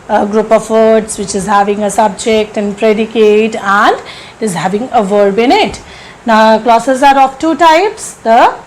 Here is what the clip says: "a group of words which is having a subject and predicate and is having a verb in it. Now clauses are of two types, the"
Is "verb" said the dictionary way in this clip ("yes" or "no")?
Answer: yes